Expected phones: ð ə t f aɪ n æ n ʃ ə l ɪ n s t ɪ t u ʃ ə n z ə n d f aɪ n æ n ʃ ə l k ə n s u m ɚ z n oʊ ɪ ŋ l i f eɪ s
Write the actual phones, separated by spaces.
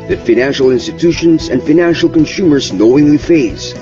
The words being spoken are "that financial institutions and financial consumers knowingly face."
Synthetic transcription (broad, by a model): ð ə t f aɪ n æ n ʃ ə l ɪ n s t ɪ t u ʃ ə n z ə n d f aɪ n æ n ʃ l k ə n s u m ɚ z n oʊ ɪ ŋ l i f eɪ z